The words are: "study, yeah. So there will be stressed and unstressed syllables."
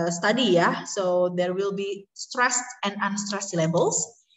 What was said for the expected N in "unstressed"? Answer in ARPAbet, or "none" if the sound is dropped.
N